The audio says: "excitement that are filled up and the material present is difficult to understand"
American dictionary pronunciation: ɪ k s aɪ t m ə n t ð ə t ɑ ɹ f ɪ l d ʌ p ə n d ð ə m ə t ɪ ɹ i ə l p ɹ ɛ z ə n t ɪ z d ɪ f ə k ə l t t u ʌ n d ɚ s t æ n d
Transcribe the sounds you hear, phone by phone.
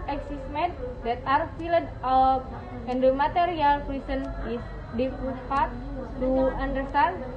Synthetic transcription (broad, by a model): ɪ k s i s m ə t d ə t ɑ ɹ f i l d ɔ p ə n d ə m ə t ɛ ɹ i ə l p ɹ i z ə n ɪ s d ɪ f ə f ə t t u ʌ n d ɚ s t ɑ n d